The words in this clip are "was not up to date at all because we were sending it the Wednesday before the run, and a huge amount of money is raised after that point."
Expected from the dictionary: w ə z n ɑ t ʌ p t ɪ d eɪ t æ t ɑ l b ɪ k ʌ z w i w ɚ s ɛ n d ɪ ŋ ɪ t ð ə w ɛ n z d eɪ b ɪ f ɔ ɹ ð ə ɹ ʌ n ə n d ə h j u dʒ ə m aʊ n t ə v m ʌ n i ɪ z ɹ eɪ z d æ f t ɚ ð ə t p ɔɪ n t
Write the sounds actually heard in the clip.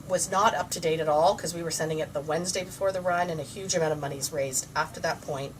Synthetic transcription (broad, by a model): w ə z n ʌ t ʌ p t ɪ d eɪ t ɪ t ɑ l k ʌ z w i w ɚ s ɛ n d ɪ ŋ ɪ t ð ə w ɛ n z d eɪ b ɪ f ɔ ɹ ð ə ɹ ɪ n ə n ə h j u dʒ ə m aʊ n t ə v m ʌ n i z ɹ eɪ z d æ f t ɚ ð ə t p ɔɪ n t